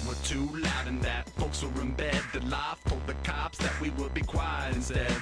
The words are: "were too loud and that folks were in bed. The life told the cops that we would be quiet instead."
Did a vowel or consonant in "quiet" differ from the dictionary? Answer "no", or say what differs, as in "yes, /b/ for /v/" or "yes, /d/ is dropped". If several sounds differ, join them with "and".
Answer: yes, /t/ is dropped